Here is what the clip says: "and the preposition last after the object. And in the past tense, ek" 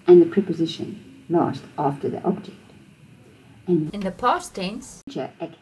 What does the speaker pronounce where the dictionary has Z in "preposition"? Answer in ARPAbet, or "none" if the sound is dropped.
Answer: Z